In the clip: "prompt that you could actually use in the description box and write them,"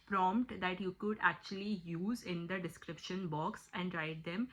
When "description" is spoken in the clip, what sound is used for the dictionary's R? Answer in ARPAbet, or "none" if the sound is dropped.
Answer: R